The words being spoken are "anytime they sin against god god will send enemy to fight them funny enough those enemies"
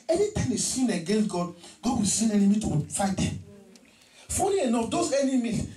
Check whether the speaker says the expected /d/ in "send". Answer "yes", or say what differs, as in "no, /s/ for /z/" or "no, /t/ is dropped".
no, /d/ is dropped